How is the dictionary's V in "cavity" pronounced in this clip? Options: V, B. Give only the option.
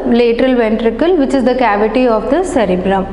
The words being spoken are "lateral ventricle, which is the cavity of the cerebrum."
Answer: V